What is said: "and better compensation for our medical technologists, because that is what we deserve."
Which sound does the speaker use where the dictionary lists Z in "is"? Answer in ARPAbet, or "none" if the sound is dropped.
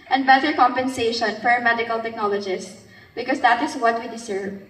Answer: S